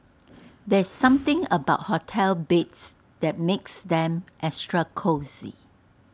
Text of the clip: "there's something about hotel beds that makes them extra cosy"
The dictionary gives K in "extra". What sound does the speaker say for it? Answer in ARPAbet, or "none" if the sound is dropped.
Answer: none